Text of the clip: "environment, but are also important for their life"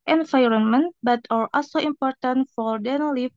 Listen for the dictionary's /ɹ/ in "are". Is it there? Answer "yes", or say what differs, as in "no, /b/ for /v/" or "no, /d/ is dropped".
no, /l/ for /ɹ/